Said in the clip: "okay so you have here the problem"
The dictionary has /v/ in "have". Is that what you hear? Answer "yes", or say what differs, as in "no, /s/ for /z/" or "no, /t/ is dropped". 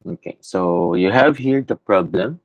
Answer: yes